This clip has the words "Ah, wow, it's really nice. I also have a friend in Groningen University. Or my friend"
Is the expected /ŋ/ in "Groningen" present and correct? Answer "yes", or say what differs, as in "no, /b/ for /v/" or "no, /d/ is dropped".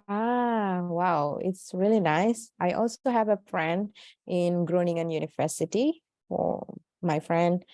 yes